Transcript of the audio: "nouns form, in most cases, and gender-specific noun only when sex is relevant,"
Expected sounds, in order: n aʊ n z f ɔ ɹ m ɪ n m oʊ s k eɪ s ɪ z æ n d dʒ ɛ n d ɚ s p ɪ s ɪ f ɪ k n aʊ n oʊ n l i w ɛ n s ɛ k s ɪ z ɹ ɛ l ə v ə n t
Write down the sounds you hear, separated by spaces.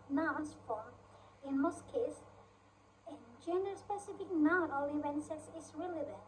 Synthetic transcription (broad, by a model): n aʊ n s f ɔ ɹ ɪ n m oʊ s k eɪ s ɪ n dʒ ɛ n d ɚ s p ɪ s ɪ f ɪ k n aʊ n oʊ l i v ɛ n s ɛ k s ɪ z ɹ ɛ l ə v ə n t